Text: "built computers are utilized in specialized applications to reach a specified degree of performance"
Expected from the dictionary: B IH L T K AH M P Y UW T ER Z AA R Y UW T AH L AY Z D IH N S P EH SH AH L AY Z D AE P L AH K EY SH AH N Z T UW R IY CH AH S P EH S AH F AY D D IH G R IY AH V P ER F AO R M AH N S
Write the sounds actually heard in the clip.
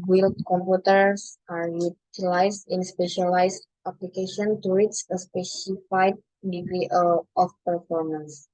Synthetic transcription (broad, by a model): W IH L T K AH M P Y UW T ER S AA R Y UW T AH L AY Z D IH N S P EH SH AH L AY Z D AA P L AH K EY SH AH N T UW W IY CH AH S P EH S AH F AY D D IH G R IY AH F P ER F AO R M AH N S